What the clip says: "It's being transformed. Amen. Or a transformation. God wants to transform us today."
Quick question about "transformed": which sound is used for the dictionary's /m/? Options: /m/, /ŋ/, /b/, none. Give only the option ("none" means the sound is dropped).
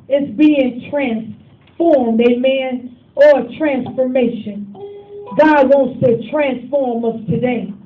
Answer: /m/